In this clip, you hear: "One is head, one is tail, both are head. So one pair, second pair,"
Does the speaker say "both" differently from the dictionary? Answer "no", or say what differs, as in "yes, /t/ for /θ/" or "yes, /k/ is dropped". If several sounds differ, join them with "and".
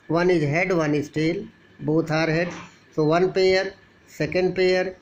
yes, /t/ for /θ/